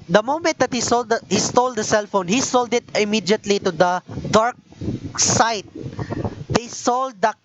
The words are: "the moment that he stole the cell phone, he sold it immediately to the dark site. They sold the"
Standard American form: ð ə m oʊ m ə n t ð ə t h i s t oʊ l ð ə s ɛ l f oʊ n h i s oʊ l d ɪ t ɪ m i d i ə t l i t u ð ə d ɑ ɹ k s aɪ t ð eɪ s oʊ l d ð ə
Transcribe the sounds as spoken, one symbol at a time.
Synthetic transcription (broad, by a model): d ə m oʊ m ə n t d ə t h i s t oʊ l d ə s ɛ l f oʊ n h i s oʊ l d ɪ t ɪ m i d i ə t l i t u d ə d ɑ ɹ k s aɪ t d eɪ s oʊ l d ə